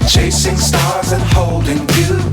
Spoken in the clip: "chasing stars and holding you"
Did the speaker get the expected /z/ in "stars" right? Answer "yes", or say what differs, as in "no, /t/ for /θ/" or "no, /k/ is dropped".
yes